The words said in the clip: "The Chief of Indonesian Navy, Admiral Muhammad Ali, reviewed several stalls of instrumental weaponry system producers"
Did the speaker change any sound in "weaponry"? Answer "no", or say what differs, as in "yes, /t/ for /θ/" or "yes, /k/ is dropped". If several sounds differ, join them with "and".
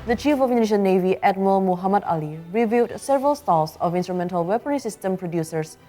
yes, /ɹ/ is dropped